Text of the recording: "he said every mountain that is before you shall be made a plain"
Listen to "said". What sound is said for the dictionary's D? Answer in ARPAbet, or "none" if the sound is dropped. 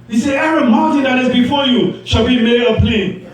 none